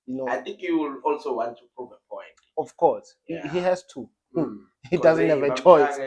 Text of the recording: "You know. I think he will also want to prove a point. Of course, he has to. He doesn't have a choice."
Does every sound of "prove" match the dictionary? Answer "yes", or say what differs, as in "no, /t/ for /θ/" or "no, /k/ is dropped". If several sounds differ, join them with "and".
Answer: no, /ɹ/ is dropped